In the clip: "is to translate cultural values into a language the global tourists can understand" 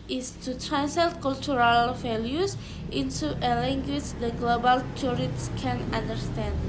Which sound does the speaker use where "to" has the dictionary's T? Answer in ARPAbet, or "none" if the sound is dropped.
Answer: T